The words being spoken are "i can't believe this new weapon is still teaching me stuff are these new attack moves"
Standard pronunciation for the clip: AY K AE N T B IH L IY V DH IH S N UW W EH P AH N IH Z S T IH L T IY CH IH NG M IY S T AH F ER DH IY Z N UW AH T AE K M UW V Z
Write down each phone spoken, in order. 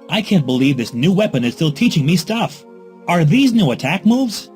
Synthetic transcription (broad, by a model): AY K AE N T B IH L IY V DH IH S N UW W EH P AH N IH Z S T IH L T IY CH IH NG M IY S T AH F ER DH IY Z N UW AH T AE K M UW V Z